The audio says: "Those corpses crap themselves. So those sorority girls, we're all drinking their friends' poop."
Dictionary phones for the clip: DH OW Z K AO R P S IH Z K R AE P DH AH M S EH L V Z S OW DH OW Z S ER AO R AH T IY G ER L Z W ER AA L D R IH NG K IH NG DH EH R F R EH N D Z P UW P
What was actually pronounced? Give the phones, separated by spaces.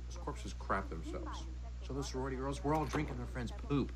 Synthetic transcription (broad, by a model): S K AO R P S IH Z K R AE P DH AH M S EH L V Z S OW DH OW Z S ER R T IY G ER L Z W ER AA L D R IH NG K IH NG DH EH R F R EH N D Z P UW P